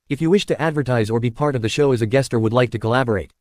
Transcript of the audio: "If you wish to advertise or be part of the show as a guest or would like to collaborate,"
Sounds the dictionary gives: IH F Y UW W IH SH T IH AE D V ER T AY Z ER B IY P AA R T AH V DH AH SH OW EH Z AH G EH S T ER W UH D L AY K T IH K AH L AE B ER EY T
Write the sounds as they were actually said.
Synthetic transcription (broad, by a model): IH F Y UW W IH SH T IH AE D V ER T AY Z ER B IY P AA R T AH V DH AH SH OW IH Z AH G EH S T ER W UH D L AY K T IH K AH L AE B ER EY T